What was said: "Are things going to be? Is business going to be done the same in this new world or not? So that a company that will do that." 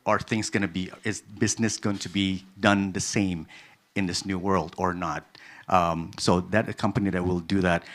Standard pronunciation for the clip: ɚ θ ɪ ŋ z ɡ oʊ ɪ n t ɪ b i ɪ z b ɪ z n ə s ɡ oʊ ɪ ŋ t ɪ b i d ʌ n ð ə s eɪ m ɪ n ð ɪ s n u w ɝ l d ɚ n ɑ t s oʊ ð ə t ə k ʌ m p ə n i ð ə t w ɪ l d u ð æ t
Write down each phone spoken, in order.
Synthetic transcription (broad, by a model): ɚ θ ɪ ŋ z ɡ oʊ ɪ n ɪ b i ɪ z b ɪ z n ə s ɡ oʊ ɪ ŋ t ɪ b i d ʌ n ð ə s eɪ m ɪ n ð ɪ s n u w ɝ l d ɚ n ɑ t s oʊ ð ə t ə k ʌ m p ə n i ð ə t w ɪ l d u ð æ t